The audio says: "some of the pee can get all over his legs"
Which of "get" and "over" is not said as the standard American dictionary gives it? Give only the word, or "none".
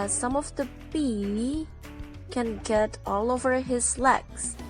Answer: none